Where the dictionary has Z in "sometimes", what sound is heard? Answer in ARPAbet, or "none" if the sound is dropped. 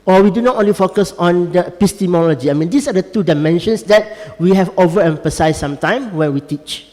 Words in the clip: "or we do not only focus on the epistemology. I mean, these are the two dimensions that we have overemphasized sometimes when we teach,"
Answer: none